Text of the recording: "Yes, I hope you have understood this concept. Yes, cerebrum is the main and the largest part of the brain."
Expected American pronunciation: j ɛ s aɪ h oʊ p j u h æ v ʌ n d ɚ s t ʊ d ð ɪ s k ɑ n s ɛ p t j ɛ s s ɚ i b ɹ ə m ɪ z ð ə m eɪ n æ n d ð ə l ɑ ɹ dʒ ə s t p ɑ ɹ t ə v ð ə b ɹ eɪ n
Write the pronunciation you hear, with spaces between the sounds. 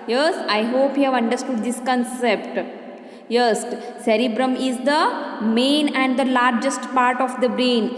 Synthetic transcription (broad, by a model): j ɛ s aɪ h oʊ p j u h æ v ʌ n d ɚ s t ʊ d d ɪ s k ɑ n s ɛ p t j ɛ s s ɚ i b ɹ ə m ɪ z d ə m eɪ n æ n d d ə l ɑ ɹ dʒ ə s t p ɑ ɹ t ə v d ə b ɹ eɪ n